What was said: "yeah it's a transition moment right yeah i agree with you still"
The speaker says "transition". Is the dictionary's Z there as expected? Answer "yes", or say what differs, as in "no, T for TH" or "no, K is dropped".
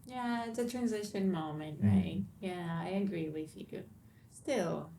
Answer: yes